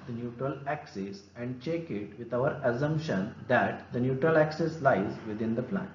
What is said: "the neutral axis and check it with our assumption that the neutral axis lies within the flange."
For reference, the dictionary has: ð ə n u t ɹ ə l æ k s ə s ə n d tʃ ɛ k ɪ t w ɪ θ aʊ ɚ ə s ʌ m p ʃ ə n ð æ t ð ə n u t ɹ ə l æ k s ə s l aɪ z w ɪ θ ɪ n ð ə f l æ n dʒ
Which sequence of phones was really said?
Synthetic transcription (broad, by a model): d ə n u t ɹ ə l æ k s ə s ə n d tʃ ɛ k ɪ t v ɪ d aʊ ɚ ə s ʌ m p ʃ ə n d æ t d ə n u t ɹ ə l æ k s ə s l aɪ z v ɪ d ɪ n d ə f l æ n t